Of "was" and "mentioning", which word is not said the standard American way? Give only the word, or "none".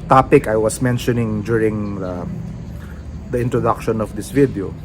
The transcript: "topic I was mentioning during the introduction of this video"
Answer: was